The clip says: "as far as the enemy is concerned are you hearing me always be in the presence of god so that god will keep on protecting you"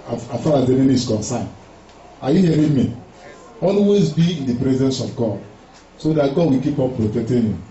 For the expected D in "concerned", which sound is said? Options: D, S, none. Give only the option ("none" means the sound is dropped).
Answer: none